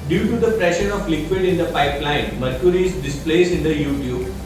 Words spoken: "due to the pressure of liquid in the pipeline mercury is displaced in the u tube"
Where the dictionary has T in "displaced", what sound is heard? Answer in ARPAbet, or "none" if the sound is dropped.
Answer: none